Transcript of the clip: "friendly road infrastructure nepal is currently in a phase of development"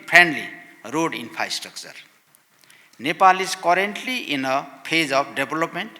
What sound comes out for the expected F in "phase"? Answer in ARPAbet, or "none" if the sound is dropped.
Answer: P